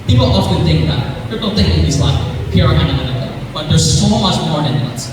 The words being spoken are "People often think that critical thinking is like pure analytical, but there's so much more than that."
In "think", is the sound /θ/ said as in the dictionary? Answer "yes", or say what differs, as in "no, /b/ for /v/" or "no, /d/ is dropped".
yes